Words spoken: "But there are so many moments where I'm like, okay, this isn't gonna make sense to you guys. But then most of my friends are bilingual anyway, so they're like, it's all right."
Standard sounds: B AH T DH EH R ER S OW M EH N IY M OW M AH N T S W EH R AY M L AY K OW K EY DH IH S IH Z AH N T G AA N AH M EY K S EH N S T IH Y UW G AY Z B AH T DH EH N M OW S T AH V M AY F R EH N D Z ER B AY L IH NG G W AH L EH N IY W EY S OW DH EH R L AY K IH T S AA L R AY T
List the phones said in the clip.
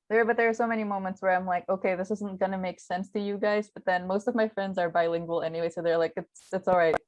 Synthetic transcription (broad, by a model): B AH T DH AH R S OW M EH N IY M OW M AH N T S W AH R AY M L AY K OW K EY DH IH S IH Z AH N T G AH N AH M EY K S EH N S T IH Y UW G AY Z B AH T DH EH N M OW S T AH V M AY F R EH N D Z ER B AY L IH NG G W AH L EH N IY W EY S OW DH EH R L AY K IH T S AA L R AY T